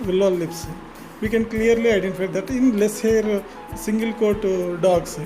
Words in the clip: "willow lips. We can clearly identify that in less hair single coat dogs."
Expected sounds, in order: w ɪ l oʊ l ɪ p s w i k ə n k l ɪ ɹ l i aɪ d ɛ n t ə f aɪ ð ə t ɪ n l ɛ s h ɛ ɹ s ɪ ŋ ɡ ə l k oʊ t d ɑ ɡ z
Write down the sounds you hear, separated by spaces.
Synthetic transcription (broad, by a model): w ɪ l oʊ l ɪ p s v i k ə n k l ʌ ɹ l i aɪ d ɛ n t ə f aɪ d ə t ɪ n l ɛ s h ɛ ɹ s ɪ ŋ ɡ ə l k oʊ t d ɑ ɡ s